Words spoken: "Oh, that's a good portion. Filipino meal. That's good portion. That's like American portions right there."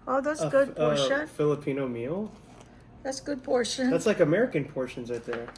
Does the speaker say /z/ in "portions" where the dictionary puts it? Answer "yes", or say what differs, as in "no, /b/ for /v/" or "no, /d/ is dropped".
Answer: yes